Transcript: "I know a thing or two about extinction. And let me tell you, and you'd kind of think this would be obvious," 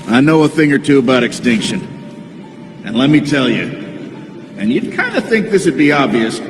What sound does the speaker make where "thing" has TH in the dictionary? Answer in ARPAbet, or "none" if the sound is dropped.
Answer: TH